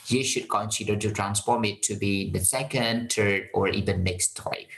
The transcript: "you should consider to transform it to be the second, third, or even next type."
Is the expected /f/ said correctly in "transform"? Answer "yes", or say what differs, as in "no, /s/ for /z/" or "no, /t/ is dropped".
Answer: no, /p/ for /f/